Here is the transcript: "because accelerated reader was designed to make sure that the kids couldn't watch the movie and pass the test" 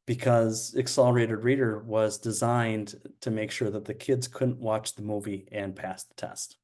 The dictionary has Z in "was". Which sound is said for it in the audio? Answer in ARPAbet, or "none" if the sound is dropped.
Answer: Z